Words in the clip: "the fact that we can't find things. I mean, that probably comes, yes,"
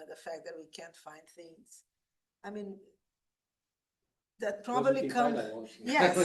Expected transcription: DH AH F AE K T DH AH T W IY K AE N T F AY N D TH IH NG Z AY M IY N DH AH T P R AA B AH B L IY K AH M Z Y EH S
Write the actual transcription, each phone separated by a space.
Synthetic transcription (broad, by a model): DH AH F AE K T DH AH T W IY K AE N T F AY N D TH IH NG Z AY M IY N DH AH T P R AA B AH B L IY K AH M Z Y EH